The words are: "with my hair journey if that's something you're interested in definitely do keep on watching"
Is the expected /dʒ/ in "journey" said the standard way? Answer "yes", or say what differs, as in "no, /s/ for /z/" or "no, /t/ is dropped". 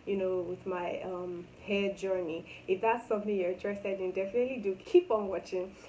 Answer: yes